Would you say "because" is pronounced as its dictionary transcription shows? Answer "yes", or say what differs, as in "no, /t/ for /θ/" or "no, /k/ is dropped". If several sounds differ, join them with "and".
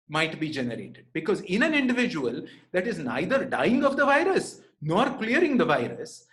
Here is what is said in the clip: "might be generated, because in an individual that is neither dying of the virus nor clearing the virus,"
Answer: yes